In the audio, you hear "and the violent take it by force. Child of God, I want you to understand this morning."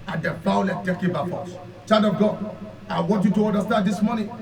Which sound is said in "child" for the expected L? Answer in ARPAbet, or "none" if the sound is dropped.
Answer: none